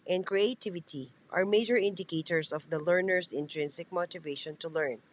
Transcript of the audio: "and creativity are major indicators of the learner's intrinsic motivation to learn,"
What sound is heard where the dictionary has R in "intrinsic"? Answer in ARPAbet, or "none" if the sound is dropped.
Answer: R